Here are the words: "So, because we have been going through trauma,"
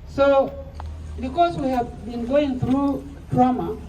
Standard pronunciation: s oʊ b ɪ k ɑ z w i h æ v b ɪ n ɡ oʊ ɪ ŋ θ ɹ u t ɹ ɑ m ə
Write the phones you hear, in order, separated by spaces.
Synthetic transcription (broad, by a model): s oʊ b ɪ k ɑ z w i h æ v b ɪ n ɡ oʊ ɪ ŋ θ ɹ u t ɹ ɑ m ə